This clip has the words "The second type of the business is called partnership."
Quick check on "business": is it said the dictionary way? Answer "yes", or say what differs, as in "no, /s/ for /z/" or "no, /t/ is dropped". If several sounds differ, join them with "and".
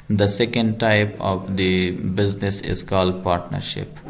yes